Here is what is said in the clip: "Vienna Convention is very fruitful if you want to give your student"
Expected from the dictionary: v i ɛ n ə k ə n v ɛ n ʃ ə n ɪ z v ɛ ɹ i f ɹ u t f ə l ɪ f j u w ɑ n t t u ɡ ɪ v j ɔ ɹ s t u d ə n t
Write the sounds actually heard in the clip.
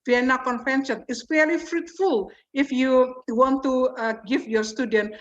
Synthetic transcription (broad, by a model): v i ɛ n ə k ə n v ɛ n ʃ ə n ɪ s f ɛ l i f ɹ u t f ə l ɪ f j u w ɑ n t t u ɡ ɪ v j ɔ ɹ s t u d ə n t